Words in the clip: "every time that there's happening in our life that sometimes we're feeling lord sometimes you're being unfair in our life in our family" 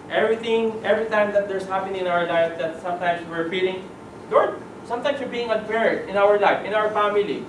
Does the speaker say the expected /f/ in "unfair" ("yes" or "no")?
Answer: no